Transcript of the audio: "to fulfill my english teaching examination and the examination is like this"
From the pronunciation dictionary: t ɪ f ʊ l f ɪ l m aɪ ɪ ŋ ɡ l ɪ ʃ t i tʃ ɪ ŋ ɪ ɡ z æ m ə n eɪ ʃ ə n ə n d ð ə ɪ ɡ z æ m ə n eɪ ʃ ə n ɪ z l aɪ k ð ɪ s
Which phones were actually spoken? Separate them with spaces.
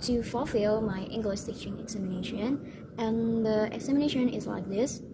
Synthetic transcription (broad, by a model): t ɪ f ʊ l f ɪ l m aɪ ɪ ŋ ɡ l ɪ s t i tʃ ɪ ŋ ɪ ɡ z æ m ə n eɪ ʃ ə n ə n ð ə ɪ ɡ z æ m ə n eɪ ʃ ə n ɪ z l aɪ k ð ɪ s